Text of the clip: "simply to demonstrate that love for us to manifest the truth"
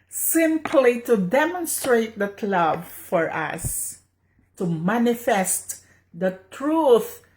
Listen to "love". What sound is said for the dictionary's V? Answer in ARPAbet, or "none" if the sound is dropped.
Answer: B